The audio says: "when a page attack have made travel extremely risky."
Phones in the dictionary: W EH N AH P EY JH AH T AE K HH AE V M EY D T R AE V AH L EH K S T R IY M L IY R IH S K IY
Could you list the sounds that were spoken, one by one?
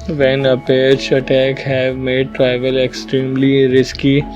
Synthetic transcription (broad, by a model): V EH N AH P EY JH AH T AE K HH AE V M EY D T R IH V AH L EH K S T R IY M L IY R IH S K IY